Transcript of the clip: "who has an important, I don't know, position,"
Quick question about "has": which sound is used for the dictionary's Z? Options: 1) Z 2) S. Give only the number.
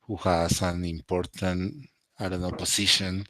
2